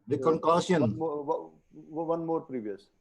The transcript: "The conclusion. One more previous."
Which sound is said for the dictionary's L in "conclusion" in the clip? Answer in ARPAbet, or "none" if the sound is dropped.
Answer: none